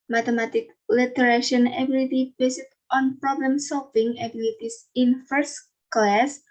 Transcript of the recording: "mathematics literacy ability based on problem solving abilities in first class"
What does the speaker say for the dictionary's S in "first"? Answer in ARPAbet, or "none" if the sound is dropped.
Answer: S